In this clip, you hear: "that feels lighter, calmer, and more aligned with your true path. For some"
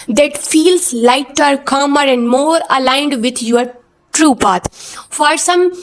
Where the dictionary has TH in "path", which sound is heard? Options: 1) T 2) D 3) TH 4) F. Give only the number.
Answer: 1